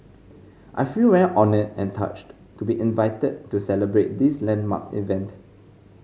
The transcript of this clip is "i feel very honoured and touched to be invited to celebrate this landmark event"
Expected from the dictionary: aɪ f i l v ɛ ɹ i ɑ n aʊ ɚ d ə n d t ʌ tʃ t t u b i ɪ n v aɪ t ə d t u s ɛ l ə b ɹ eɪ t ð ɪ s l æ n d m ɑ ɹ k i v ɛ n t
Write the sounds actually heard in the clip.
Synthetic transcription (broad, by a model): aɪ f i l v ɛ l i ɑ n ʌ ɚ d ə n t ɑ tʃ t t u b i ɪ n v aɪ t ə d t u s ɛ l ə b ɹ eɪ t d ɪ s l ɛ n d m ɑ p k i v ɛ n t